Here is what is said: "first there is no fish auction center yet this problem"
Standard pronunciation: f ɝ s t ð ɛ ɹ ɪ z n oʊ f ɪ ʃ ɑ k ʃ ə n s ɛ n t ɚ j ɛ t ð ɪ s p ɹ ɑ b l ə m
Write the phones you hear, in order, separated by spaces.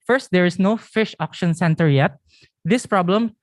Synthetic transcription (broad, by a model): f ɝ s t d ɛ ɹ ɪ s n oʊ f ɪ ʃ ɑ k ʃ ə n s ɛ n t ɚ j ɛ t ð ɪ s p ɹ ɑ b l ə m